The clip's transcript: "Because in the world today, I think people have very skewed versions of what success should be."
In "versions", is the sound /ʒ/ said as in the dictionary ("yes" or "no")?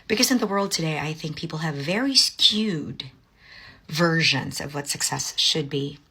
yes